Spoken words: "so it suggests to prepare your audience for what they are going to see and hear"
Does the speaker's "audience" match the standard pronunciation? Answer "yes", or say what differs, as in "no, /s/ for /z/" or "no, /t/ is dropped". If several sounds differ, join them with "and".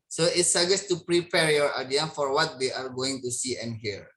no, /s/ is dropped